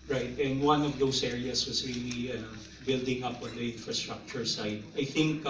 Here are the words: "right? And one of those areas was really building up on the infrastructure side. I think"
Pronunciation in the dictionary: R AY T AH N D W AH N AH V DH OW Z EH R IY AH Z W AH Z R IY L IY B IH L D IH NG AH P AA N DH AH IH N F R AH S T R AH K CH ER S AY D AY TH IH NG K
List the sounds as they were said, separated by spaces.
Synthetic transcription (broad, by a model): R AY T AH N D W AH N AH V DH OW S EH R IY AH S W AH S R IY L IY B IH L D IH NG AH P AA N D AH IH N F R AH S T R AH K CH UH S AY D AY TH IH NG K